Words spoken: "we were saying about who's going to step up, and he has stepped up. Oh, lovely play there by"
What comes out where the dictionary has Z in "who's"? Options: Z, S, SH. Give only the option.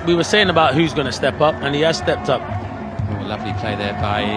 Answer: Z